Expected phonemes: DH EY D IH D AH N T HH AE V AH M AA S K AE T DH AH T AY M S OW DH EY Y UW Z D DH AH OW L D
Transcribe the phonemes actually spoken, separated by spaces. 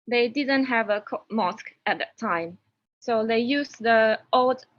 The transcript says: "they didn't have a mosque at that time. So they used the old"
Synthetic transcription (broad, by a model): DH EY D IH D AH N T HH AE V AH M AA S K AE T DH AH T AY M S OW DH EY Y UW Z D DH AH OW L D